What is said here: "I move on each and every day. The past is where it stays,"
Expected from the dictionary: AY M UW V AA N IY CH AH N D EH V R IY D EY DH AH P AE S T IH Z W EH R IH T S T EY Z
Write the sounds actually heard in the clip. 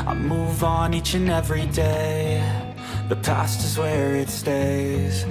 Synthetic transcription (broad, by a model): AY M UW V N IY CH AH N EH V R IY D EY DH AH P AE S T IH Z W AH R IH T S T EY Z